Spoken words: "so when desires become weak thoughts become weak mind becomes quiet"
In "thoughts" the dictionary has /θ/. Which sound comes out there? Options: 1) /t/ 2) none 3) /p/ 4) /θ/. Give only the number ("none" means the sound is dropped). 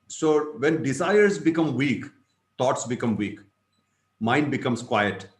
1